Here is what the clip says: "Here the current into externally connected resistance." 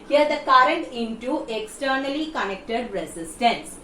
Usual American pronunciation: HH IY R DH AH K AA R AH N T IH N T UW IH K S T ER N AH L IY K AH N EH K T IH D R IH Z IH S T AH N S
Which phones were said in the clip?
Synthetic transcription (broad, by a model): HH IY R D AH K AA R AH N T IH N T UW IH K S T ER N AH L IY K AH N EH K T IH D R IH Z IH S T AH N S